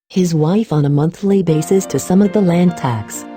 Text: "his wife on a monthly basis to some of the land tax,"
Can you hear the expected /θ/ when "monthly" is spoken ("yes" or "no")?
yes